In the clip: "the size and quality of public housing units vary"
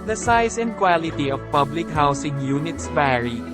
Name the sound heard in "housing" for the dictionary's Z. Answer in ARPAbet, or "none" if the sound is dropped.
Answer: S